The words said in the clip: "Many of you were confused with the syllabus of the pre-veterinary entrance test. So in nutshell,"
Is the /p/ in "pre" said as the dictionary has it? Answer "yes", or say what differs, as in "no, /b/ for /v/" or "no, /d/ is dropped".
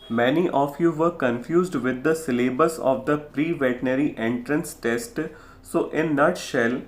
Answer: yes